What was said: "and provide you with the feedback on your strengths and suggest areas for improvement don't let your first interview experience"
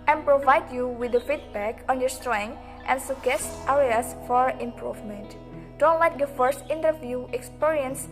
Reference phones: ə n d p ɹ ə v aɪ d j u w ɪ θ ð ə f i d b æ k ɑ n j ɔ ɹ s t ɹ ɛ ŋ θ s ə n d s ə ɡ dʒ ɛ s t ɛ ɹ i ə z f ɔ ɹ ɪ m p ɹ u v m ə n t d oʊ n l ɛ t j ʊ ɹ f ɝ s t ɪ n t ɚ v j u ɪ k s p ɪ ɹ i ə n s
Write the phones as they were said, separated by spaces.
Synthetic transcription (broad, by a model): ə n p ɹ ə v aɪ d j u w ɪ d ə f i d b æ k ɑ n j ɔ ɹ s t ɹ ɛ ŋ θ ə n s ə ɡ ɛ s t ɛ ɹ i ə s f ɔ ɹ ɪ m p ɹ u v m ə n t d oʊ n l ɛ t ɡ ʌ f ɝ s t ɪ n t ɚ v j u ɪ k s p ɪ ɹ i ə n s